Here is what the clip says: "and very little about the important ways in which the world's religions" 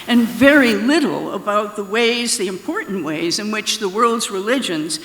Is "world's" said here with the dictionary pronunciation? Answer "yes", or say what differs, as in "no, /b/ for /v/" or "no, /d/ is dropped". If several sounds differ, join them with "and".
yes